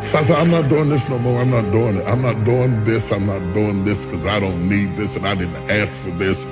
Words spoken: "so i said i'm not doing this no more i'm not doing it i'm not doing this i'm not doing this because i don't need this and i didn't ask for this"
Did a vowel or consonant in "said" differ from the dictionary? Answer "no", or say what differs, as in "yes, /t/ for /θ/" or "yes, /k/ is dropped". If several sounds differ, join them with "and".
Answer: yes, /d/ is dropped